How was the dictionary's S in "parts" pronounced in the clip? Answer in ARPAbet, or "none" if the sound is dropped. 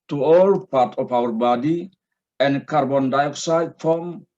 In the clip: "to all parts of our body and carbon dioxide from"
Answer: none